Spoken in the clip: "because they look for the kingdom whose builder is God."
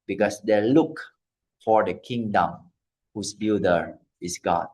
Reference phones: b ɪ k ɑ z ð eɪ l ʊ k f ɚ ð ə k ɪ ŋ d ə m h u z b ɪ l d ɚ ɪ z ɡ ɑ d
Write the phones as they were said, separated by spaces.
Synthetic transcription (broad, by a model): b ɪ k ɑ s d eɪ l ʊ k f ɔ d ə k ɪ ŋ d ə m h u s b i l d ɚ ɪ s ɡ ɑ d